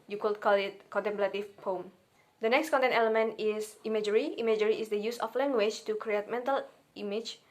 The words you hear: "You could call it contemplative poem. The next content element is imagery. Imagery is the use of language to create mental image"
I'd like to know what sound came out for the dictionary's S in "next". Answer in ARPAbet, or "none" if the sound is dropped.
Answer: S